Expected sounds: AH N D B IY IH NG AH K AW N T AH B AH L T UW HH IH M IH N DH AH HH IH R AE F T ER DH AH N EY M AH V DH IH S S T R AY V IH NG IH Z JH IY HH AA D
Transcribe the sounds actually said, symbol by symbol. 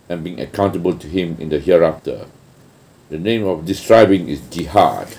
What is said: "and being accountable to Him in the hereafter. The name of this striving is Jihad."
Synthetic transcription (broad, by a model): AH N B IY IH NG AH K AW N T AH B AH L T UW HH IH M IH N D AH HH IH R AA F T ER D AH N EY M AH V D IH S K R AY B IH NG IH S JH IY HH AA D